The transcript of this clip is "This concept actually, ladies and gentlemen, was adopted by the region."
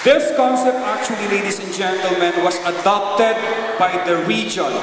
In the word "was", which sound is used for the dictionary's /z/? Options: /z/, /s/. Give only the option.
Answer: /s/